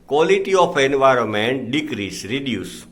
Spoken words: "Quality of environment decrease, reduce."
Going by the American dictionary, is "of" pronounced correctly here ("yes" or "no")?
no